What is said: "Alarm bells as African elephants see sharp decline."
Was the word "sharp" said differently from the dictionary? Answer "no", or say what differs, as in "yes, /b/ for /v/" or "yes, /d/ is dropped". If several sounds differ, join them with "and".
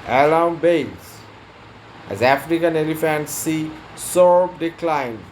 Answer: yes, /s/ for /ʃ/